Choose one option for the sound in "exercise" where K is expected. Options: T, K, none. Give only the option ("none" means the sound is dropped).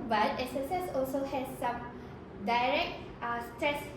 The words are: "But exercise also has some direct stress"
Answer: none